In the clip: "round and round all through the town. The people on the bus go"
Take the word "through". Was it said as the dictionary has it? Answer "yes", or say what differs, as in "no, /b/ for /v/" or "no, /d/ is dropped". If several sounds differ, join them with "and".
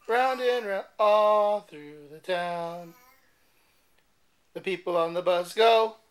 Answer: yes